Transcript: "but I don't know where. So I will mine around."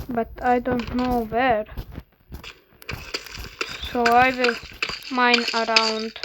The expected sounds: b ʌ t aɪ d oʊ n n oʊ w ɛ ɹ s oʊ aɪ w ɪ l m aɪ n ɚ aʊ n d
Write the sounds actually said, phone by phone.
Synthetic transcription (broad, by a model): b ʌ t aɪ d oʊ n n oʊ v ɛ ɹ s oʊ aɪ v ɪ l m aɪ n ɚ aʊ n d